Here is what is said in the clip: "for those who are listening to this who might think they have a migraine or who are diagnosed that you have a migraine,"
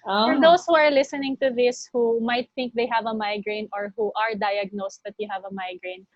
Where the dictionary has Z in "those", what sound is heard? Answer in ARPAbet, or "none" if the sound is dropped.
S